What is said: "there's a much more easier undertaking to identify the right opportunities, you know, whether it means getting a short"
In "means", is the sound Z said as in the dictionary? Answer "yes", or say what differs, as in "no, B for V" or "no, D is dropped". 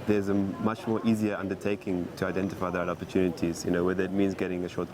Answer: yes